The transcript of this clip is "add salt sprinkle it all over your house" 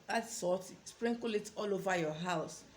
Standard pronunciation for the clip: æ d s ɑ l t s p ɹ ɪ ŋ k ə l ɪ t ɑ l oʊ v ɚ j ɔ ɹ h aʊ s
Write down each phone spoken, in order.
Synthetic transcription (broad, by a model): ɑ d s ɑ t s p ɹ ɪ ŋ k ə l ɪ t ɑ l oʊ v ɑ j ɔ h aʊ s